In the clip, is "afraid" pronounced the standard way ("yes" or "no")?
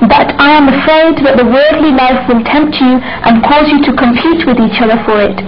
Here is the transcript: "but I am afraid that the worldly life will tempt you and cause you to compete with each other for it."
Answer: yes